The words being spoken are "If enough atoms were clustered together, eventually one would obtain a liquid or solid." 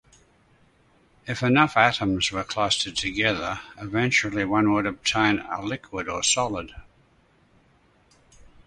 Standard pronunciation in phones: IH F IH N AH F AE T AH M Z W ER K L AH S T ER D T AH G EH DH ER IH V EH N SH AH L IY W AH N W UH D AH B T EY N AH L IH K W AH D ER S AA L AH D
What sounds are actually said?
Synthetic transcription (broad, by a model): IH F IH N AH F AE T AH M Z W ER K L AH S T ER D T AH G EH DH ER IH V EH N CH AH L IY W AH N W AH D AH B T EY N AH L IH K W AH D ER S AA L AH D